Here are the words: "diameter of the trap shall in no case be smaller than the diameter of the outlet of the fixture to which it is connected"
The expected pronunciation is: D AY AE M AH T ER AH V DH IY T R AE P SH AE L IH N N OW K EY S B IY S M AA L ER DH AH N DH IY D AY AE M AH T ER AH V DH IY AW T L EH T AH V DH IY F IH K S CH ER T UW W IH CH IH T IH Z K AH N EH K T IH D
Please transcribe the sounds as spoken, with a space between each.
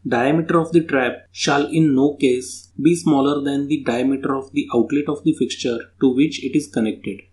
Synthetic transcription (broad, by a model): D AY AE M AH T ER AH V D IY T R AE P SH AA L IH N N OW K EY S B IY S M AA L ER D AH N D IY D AY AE M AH T ER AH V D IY AW T L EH T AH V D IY F IH K S CH ER T UW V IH CH IH T IH Z K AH N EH K T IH D